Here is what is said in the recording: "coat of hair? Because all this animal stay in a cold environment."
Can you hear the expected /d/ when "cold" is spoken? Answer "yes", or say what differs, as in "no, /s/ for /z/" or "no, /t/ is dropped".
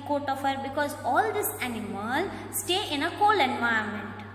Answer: no, /d/ is dropped